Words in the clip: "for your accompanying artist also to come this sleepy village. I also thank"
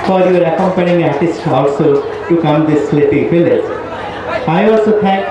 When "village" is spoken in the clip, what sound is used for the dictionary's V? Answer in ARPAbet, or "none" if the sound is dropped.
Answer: F